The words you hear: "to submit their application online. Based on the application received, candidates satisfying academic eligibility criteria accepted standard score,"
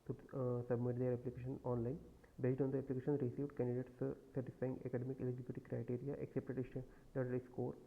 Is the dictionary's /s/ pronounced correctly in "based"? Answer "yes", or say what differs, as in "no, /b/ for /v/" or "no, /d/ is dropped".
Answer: no, /s/ is dropped